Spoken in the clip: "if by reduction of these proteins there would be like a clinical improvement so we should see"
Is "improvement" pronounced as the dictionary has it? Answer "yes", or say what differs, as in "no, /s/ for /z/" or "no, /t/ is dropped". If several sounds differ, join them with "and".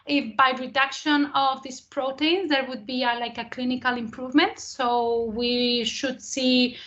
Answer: yes